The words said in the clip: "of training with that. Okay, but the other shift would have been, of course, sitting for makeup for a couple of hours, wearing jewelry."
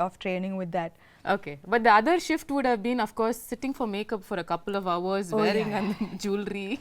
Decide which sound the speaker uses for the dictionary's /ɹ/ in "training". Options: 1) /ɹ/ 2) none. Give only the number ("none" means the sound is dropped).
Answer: 1